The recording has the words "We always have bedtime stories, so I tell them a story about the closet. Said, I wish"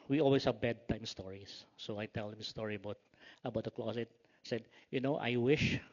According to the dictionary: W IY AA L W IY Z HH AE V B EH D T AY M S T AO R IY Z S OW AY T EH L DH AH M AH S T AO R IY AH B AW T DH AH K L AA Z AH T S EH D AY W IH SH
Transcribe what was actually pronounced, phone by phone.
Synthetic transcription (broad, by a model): W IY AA L W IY S HH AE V B EH D T AY M S T AO R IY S S OW AY T EH L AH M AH S T AO R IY AH B AW T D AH K L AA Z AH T S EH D AY W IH SH